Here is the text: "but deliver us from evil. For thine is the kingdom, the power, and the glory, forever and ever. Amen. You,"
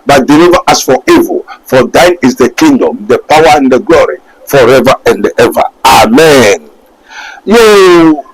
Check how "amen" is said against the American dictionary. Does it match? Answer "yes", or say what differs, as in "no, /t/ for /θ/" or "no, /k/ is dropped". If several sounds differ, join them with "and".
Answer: yes